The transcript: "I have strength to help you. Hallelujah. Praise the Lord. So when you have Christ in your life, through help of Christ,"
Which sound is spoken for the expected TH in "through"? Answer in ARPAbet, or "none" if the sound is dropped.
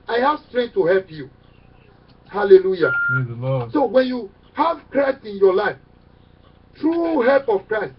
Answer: T